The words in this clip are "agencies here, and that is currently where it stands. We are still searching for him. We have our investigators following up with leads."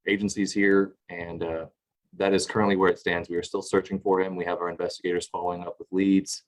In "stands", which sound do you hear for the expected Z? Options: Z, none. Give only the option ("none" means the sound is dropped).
Z